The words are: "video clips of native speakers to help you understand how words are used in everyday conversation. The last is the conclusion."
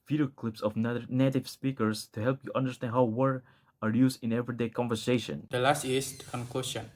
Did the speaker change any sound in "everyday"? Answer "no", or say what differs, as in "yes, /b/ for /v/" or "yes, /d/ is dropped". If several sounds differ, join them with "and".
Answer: no